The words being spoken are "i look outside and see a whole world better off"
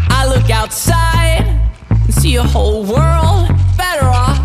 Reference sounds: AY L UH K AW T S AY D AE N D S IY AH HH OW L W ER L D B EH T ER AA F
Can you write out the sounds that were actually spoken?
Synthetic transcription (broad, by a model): AY L UH K AW T S AY D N S IY AH HH OW L W ER L D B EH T ER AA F